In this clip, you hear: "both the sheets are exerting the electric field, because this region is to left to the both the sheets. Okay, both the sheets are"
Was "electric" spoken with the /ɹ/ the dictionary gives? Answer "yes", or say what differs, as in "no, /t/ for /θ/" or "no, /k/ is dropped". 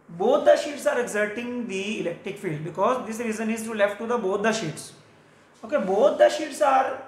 yes